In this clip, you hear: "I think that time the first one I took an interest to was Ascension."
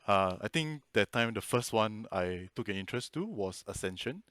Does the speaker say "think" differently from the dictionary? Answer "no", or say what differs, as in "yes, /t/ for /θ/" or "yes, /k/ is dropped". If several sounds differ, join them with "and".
yes, /t/ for /θ/